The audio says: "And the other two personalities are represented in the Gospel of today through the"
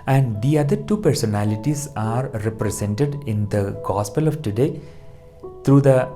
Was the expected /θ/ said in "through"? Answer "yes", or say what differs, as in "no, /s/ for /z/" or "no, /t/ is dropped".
no, /t/ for /θ/